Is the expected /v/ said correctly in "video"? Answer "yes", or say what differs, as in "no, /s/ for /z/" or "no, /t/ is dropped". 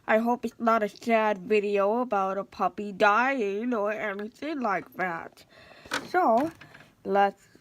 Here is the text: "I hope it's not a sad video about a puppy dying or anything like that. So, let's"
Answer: yes